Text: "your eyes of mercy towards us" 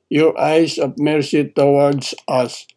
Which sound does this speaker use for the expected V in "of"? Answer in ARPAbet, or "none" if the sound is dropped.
P